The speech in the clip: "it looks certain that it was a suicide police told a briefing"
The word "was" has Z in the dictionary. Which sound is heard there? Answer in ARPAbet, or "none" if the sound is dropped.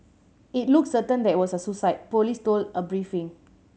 S